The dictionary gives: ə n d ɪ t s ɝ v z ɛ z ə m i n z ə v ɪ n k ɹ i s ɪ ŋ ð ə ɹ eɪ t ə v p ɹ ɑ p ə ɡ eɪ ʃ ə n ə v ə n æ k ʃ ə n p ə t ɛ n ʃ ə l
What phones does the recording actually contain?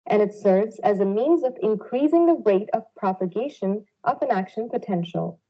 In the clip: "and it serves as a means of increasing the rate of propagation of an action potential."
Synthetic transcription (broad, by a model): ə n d ɪ t s ɝ v z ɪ z ə m i n z ə v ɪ n k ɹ i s ɪ ŋ ð ə ɹ eɪ t ə v p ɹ ɑ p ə ɡ eɪ ʃ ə n ə v ə n æ k ʃ ə n p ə t ɛ n ʃ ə l